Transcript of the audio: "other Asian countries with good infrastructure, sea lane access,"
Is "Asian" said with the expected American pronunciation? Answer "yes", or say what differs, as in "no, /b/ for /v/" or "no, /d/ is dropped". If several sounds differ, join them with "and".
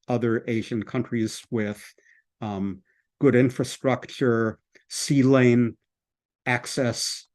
yes